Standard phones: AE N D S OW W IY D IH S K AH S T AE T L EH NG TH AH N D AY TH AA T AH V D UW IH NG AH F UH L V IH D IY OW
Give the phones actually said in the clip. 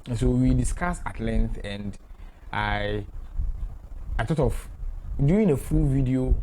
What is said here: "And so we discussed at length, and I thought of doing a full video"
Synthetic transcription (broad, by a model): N S OW W IY D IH S K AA S AA T L EH NG TH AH N D AY T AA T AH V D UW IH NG AH F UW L V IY D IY OW